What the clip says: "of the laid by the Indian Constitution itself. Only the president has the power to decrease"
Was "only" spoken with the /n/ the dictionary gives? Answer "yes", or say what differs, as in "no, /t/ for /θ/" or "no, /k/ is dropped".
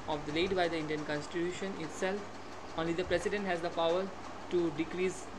yes